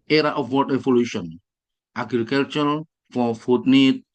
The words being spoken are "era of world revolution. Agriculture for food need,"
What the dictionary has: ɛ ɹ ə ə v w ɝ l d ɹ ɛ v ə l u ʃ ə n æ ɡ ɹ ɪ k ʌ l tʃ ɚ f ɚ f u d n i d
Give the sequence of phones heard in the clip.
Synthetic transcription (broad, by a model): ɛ ɹ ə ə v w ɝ d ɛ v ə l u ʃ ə n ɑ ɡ ɹ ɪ k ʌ l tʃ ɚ f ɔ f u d n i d